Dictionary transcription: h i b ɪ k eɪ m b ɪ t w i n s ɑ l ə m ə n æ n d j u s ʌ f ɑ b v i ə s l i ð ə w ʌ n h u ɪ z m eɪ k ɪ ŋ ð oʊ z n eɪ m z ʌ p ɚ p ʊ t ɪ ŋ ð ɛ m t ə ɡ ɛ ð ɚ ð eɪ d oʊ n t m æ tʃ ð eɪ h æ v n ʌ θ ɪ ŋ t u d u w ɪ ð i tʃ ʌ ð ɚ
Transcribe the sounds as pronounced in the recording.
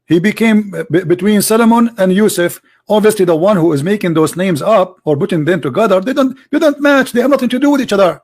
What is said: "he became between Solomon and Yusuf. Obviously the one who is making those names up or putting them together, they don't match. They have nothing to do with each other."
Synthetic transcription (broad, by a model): h i b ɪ k eɪ m b ɪ t w i n s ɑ l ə m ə n æ n d j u s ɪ f ɑ b v i ə s l i ð ə w ʌ n h u ɪ z m eɪ k ɪ ŋ ð oʊ z n eɪ m z ʌ p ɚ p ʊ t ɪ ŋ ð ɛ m t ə ɡ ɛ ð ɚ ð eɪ d oʊ n t m æ tʃ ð eɪ h æ v n ʌ θ ɪ ŋ t u d u w ɪ ð i tʃ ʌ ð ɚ